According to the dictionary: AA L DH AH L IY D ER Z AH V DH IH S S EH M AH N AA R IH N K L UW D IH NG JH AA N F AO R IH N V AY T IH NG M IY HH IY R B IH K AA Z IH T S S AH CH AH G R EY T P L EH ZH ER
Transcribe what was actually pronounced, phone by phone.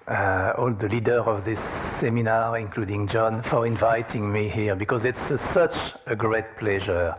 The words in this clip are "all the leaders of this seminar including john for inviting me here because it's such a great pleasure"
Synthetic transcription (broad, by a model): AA L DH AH L IY D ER AH V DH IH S S EH M AH N AA R IH N K L UW D IH NG JH AA N F AO R IH N V AY T IH NG M IY HH IY R B IH K AA Z IH T S S AH CH AH G R EY T P L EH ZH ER